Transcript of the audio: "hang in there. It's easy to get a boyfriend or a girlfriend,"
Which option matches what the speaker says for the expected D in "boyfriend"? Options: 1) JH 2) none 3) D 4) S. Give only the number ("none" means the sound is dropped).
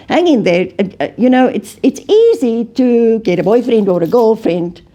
3